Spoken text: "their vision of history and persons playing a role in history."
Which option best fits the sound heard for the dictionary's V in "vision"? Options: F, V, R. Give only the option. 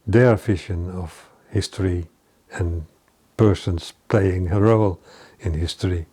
F